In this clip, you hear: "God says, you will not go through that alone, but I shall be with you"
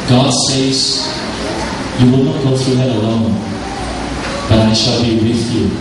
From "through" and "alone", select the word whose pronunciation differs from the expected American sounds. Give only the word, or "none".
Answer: none